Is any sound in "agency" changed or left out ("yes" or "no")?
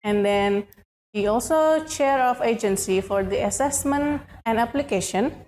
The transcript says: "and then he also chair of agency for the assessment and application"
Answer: no